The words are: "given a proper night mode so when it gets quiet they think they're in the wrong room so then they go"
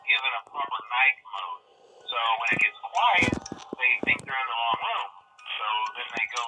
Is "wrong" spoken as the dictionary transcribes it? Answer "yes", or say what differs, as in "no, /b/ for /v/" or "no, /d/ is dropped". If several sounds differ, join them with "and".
no, /l/ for /ɹ/